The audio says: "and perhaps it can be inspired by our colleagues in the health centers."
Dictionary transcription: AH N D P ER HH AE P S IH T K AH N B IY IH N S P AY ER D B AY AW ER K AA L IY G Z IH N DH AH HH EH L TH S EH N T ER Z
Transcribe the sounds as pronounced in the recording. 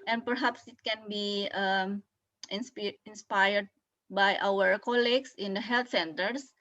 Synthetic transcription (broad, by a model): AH N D P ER HH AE P S IH T K AH N B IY IH N S P AY ER D B AY AW ER K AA L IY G S IH N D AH HH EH L T S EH N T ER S